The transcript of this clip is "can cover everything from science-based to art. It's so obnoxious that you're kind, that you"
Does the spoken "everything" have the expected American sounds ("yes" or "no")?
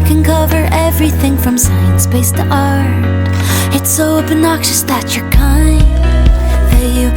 yes